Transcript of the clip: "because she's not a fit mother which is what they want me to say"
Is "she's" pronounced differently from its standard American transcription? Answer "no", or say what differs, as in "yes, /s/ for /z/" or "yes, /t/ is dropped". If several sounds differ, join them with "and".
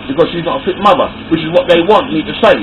no